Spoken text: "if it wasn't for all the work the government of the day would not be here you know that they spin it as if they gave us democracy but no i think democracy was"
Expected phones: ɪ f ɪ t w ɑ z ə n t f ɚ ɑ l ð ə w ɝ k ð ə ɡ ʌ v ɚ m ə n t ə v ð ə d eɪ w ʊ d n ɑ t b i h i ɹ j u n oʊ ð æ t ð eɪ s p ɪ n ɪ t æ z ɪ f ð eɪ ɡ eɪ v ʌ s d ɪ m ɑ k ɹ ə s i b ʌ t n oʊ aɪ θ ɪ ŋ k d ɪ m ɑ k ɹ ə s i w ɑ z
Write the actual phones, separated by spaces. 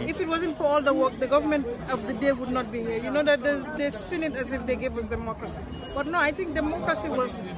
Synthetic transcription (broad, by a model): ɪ f ɪ t w ɑ z ə n t f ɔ ɑ l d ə w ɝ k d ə ɡ ʌ v ɚ m ə n t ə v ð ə d eɪ w ʊ d n ɑ t b i h i ɹ j u n oʊ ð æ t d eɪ s p ɪ n ɪ t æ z ɪ f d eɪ ɡ eɪ v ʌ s d ɪ m ɑ k ɹ ə s i b ʌ t n oʊ aɪ t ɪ ŋ k d ɪ m ɑ k ɹ ə s i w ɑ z